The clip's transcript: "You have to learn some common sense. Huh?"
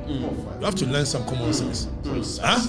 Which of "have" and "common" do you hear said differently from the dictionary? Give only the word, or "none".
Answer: have